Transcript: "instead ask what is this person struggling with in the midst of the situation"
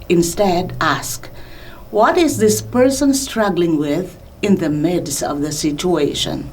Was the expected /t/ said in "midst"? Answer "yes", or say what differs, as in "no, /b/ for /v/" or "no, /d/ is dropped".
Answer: no, /t/ is dropped